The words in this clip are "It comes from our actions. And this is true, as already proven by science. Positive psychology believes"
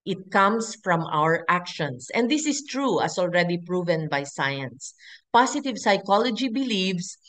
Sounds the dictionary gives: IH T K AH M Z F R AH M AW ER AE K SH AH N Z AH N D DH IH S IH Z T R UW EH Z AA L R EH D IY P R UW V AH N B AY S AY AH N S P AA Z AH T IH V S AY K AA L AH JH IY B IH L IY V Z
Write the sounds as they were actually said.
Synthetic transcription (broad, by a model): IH T K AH M S F R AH M AW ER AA K SH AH N S AH N D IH S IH S T R UW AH S AA L R EH D IY P R UW V AH N B AY S AY AH N S P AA S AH T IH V S AY K AA L AH JH IY B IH L IY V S